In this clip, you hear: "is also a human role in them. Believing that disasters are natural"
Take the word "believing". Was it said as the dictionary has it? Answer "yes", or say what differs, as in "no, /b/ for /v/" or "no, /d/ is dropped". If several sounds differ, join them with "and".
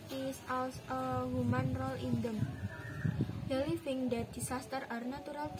no, /f/ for /v/